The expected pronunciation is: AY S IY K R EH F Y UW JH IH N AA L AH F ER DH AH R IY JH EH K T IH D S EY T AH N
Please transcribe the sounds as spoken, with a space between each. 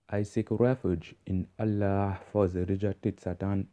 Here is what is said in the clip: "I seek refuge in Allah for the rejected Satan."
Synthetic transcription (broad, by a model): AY S IY K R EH F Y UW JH IH N AA L AH F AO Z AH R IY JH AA T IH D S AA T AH N